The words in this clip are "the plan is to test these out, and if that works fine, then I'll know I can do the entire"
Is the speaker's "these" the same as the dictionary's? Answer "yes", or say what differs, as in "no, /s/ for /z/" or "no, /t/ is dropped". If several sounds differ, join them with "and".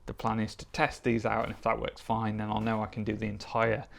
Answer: yes